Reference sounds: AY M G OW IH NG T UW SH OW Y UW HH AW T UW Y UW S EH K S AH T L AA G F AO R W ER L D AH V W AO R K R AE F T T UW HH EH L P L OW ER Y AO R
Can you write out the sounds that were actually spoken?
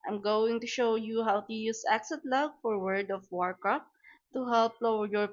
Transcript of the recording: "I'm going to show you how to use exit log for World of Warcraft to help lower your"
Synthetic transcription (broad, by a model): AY M G OW IH NG T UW SH OW Y UW HH AW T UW Y UW S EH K S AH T L AA G F AO R W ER D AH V W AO R K R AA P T T UW HH EH L P L OW ER Y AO R